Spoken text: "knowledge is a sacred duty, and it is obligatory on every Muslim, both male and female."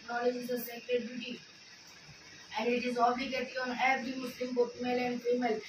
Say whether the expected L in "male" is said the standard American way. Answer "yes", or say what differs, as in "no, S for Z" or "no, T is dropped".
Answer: yes